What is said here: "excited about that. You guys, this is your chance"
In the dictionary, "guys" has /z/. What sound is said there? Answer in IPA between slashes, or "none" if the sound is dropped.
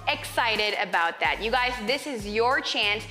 /z/